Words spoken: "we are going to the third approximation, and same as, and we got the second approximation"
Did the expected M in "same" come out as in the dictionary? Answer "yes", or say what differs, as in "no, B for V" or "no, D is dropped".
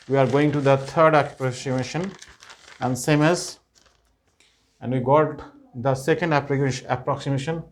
yes